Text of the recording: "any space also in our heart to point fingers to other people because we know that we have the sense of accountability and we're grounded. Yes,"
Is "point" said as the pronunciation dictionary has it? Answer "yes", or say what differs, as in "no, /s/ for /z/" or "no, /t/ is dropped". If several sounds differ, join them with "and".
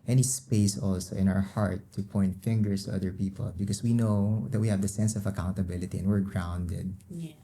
yes